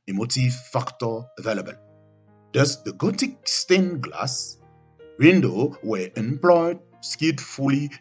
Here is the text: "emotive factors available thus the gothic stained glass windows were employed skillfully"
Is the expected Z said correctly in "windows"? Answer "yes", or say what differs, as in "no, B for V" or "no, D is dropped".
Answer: no, Z is dropped